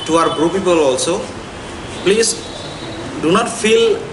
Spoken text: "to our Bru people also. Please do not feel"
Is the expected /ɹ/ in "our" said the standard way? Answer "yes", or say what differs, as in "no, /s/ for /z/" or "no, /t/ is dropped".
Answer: yes